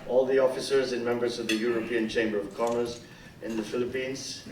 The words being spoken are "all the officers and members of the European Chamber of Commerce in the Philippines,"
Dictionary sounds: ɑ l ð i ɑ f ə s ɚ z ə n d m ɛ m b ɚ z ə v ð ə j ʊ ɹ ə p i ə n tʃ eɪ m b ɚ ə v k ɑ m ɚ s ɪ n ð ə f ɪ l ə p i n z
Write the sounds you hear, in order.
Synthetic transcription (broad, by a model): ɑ l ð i ɑ f ə s ɚ z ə n m ɛ m b ɚ z ə v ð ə j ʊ ɹ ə p i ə n tʃ eɪ m b ɚ ə v k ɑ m ɚ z ɪ n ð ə f ɪ l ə p i n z